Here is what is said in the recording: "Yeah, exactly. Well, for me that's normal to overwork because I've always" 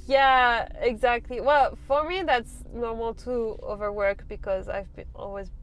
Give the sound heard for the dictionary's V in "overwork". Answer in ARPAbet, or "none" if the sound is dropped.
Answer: V